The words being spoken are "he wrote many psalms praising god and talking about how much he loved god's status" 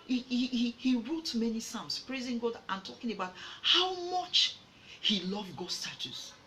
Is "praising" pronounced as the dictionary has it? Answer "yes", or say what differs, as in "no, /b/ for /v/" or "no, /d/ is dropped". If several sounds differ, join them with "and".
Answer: yes